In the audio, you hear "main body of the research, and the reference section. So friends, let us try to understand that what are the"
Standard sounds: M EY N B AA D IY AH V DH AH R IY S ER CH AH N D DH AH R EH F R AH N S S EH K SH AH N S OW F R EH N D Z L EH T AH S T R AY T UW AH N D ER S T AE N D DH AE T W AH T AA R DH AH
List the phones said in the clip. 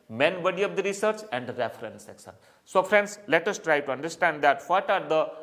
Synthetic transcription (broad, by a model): M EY N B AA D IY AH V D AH R IY S ER CH AH N D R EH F R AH N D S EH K S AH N S OW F R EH N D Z L EH T AH S T R AY T UW AH N D ER S T AE N D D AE T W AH T AA R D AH